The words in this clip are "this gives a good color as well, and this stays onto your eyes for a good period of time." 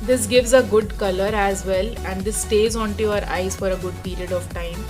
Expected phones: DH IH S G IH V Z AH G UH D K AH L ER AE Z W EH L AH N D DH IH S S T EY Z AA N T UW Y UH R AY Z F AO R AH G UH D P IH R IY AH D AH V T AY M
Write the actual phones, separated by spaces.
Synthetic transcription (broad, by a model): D IH S G IH V Z AH G UH D K AH L ER AE Z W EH L AH N D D IH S S T EY Z AA N T UW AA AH R AY Z F AO R AH G UH D P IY R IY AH D AH V T AY M